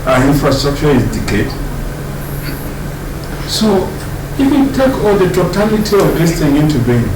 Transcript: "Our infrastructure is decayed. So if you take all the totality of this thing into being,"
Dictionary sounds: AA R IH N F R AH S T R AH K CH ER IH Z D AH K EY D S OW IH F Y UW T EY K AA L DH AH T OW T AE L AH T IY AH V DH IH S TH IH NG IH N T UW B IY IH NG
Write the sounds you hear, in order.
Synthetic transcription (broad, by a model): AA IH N F R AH S T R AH K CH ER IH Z D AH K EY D S OW IH F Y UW T EY K AA L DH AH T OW T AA L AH T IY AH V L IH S T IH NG IH N T UW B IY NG